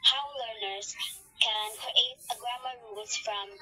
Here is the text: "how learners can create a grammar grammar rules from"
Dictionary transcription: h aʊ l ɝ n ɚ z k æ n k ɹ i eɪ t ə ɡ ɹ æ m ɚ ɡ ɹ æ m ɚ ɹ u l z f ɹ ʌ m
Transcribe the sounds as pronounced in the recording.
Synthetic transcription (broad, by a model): h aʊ l ɝ n ɚ z k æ n k ɹ i eɪ t ə ɡ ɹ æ m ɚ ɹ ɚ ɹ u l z f ɹ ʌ m